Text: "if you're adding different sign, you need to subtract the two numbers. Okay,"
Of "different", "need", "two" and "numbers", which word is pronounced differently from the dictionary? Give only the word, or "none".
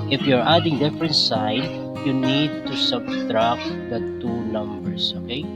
numbers